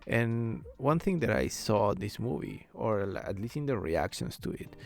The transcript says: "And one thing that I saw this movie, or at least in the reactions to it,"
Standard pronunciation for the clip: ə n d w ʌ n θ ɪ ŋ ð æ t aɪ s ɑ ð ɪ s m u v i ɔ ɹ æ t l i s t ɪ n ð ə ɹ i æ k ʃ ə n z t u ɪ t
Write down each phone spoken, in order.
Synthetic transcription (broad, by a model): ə n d w ʌ n θ ɪ ŋ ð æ t aɪ s ɑ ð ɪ s m u v i ɔ ɹ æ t l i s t ɪ n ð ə ɹ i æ k ʃ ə n s t u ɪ t